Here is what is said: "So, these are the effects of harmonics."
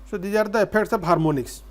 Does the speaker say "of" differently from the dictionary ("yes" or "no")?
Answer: yes